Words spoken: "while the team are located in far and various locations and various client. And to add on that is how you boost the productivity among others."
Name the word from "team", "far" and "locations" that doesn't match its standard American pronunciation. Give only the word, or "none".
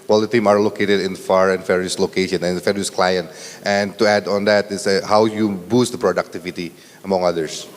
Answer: locations